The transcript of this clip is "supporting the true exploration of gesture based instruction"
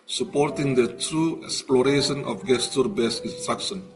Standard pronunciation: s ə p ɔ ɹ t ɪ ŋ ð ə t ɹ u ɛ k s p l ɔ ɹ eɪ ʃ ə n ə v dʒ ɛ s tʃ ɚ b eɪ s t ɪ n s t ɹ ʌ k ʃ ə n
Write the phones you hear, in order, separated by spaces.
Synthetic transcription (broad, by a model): s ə p ɔ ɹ t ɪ ŋ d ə t ɹ u ɛ k s p l ɔ ɹ eɪ ʃ ə n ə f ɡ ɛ s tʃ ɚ b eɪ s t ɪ n s t ɹ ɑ k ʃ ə n